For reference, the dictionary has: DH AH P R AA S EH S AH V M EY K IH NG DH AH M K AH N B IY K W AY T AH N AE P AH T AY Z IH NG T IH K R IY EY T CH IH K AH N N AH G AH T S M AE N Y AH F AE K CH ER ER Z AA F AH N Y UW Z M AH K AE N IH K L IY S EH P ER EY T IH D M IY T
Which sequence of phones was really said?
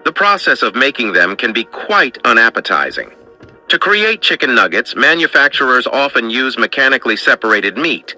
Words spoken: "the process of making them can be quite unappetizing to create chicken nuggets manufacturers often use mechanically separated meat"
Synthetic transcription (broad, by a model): DH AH P R AA S EH S AH V M EY K IH NG DH AH M K AH N B IY K W AY T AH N AE P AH T AY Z IH NG T IH K R IY EY T CH IH K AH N N AH G AH T S M AE N Y AH F AE K CH ER ER Z AA F AH N Y UW Z M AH K AE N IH K L IY S EH P ER EY T IH D M IY T